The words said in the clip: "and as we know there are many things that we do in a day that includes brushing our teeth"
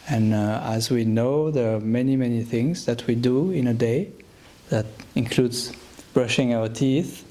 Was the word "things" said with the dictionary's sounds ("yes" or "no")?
yes